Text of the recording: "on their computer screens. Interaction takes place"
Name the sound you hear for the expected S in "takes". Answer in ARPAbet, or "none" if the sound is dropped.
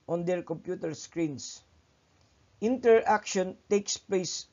S